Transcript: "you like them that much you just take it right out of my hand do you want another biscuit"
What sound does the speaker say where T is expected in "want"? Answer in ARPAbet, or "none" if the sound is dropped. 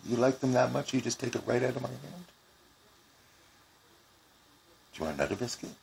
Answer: none